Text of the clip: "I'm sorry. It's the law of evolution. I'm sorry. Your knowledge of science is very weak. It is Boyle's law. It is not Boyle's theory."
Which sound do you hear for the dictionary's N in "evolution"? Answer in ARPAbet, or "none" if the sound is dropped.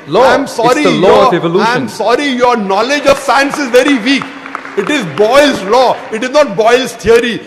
none